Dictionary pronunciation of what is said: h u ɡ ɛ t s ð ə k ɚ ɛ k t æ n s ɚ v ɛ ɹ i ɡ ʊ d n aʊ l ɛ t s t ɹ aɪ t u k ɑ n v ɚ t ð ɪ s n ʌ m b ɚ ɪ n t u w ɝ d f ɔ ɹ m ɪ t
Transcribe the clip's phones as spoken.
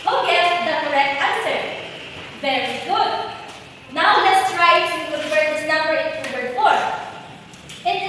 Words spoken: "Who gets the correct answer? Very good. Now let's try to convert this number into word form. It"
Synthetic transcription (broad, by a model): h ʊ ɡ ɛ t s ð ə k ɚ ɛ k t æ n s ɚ v ɛ ɹ i ɡ ʊ d n aʊ l ɛ t s t ɹ aɪ t u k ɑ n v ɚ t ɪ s n ʌ m b ɚ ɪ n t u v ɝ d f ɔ ɹ ɪ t